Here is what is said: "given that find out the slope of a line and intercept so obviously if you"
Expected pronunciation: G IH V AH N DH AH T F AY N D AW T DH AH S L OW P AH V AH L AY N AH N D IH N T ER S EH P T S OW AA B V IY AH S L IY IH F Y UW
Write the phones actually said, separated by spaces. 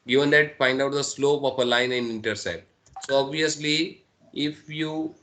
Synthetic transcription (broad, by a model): G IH V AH N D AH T F AY N D AW T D AH S L OW P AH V AH L AY N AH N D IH N T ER S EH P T S OW AA B V IY AH S L IY IH F Y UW